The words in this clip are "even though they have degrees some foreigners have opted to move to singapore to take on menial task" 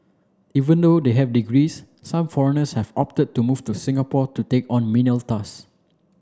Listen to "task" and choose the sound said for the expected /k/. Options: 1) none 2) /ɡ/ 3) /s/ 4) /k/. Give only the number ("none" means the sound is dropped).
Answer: 1